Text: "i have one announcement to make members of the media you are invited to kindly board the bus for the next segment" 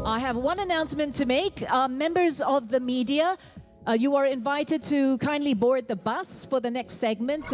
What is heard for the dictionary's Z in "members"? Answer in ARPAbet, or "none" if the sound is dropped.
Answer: Z